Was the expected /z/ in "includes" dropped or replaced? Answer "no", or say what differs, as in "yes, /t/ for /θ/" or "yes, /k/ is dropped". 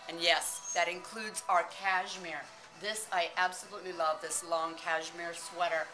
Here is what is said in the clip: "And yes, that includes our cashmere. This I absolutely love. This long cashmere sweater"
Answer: no